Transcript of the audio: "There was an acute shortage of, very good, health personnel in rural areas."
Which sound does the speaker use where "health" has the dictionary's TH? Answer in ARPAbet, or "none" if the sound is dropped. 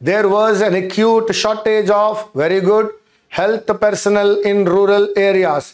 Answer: T